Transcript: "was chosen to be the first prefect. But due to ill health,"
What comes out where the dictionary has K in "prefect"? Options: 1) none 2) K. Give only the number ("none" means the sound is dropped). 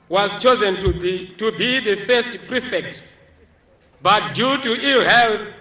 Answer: 2